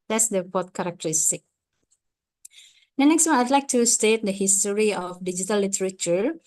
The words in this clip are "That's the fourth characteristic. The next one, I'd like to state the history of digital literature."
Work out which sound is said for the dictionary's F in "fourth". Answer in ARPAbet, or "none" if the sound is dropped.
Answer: P